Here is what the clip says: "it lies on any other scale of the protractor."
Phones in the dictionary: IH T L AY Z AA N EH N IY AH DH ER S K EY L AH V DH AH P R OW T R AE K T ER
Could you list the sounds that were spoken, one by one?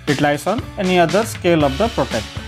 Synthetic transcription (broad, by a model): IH T L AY S AA N EH N IY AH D ER S K EY L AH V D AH P R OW T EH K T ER